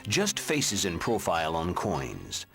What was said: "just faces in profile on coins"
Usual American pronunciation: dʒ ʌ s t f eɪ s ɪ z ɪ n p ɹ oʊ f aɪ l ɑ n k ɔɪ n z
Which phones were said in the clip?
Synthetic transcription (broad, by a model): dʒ ʌ s t f eɪ s ɪ z ɪ n p ɹ oʊ f aɪ l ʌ n k ɔɪ n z